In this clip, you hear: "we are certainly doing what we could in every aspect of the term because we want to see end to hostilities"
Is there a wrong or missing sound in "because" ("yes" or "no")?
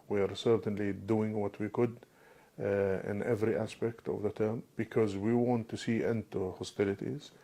no